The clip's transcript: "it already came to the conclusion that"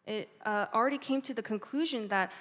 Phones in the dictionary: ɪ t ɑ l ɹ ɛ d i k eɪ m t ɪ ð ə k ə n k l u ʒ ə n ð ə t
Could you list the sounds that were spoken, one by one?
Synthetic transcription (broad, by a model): ɪ t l ɹ ɛ d i k eɪ m t ɪ ð ə k ə n k l u ʒ ə n ð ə t